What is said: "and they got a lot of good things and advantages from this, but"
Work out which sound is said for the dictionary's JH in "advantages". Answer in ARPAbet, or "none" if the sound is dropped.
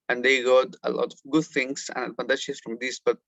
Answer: SH